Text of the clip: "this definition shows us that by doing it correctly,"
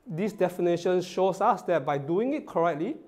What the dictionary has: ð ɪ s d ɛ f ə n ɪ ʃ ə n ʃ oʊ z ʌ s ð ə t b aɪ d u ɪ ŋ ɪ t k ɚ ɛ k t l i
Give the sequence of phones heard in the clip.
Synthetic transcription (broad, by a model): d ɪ s d ɛ f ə n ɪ ʃ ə n ʃ oʊ s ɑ s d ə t b aɪ d u ɪ ŋ ɪ t k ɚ ɛ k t l i